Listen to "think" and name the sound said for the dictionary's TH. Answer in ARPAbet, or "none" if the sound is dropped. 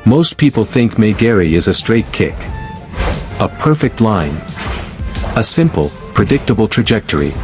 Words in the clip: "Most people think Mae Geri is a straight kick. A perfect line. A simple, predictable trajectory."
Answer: TH